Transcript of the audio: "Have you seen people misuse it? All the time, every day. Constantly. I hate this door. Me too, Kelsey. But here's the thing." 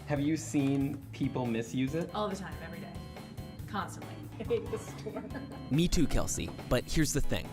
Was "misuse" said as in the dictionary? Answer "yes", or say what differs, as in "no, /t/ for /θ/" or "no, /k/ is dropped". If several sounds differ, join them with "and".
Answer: yes